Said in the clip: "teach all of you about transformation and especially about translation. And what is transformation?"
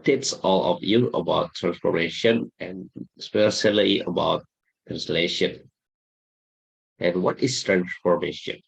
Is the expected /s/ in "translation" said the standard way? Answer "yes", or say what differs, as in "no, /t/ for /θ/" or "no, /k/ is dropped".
yes